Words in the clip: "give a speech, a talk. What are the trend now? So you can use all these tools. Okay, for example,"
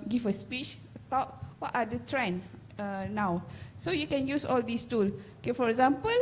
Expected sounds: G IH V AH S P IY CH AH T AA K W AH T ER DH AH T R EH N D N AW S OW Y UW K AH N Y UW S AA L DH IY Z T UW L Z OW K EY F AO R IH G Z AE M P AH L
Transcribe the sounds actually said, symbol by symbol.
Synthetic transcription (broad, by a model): G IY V AH S P IY CH AH T AA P W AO T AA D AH T R EH N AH N AW S OW Y UW K AH N Y UW S AA L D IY S T UW L OW K EY F AO R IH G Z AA M P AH L